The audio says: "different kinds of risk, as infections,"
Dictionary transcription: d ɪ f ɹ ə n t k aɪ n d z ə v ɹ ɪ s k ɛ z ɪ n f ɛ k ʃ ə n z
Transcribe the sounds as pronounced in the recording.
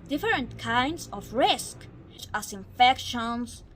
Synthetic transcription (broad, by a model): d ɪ f ɹ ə n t k aɪ n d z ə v ɹ ɪ s k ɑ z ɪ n f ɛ k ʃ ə n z